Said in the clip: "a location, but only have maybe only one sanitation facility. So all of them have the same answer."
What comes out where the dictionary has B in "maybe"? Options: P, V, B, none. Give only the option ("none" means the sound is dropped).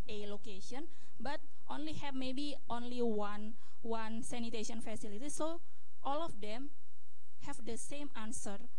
B